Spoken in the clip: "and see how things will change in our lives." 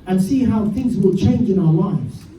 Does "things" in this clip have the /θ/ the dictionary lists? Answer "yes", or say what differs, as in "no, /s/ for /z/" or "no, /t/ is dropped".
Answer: yes